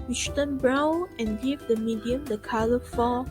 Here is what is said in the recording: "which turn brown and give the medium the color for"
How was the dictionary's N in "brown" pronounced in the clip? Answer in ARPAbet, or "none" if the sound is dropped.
none